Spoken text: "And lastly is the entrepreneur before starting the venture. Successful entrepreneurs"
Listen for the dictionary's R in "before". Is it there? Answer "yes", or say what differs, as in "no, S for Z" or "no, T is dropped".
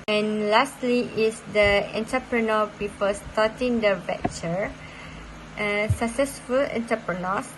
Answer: no, L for R